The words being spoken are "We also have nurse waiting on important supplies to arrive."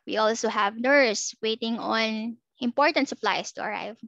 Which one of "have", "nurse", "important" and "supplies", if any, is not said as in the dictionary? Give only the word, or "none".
supplies